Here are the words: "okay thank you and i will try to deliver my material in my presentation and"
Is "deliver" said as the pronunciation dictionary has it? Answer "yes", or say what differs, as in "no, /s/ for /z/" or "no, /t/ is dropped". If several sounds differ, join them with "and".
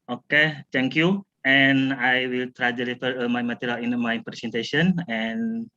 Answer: no, /f/ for /v/